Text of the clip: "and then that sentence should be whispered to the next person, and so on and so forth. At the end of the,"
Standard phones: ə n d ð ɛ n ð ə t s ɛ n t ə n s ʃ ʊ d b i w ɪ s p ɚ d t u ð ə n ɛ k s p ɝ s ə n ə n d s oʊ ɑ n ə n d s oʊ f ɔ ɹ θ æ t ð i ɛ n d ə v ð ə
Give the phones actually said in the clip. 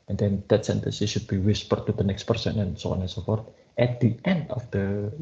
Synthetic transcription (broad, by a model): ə n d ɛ n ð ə t s ɛ n t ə n s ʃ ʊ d b i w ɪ s p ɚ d t u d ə n ɛ k s p ɝ s ə n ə n s oʊ ɑ n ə n s oʊ f ɔ ɹ t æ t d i ɛ n d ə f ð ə